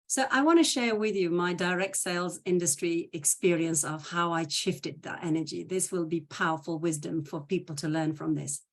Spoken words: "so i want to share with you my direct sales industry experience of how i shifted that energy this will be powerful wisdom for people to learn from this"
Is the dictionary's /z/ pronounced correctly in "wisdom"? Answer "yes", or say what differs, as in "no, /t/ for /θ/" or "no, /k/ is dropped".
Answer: yes